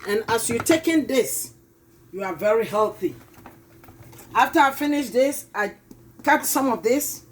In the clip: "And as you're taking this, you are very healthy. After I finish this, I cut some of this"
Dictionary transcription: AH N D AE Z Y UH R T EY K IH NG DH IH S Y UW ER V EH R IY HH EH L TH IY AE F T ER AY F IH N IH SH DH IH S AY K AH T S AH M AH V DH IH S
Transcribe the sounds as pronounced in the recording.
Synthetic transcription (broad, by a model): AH N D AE S Y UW T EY K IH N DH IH S Y UW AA V EH R IY HH EH L TH IY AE F T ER AY F IH N IH SH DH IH S AY K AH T S AH M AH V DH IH S